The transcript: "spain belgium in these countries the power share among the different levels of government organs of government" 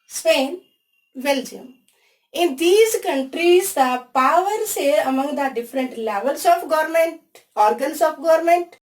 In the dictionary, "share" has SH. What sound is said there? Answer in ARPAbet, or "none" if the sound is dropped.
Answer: S